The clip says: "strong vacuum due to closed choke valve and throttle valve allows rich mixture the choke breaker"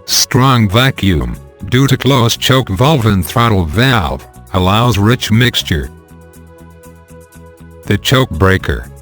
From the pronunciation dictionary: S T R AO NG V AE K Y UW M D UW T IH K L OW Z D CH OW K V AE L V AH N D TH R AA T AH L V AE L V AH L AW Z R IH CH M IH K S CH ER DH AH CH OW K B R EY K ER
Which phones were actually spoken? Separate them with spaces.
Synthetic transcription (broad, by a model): S T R AO NG V AE K Y UW M D UW T IH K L OW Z CH OW K V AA L V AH N TH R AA T L V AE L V AH L AW Z R IH CH M IH K S CH ER DH AH CH OW K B R EY K ER